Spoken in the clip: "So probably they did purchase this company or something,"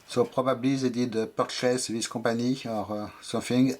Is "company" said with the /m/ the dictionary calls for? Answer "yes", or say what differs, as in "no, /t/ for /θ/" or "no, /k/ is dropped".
no, /m/ is dropped